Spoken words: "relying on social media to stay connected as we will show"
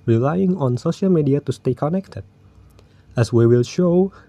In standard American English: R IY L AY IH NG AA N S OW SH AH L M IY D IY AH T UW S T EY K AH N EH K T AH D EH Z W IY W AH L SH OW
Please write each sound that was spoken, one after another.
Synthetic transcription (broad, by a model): R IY L AY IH NG AA N S OW SH AH L M IY D IY AH T UW S T EY K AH N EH K T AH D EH S W IY W AH L SH OW